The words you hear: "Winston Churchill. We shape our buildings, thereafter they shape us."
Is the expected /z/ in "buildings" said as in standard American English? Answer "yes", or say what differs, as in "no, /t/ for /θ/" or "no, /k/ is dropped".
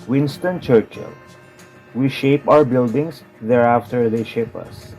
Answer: no, /s/ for /z/